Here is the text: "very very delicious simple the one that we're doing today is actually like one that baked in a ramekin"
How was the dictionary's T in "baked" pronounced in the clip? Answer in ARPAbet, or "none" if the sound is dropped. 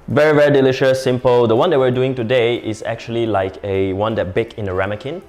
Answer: none